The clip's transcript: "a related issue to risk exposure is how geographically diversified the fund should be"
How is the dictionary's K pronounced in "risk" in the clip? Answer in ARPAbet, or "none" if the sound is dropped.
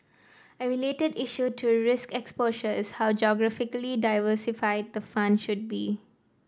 K